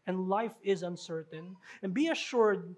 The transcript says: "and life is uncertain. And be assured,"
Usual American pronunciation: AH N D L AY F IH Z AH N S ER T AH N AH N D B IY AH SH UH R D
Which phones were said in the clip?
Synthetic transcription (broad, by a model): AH N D L AY F IH Z AH N S ER T AH N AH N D B IY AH SH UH R D